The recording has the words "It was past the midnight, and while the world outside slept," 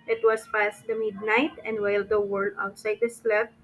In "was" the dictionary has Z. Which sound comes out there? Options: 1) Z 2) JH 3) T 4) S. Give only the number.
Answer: 4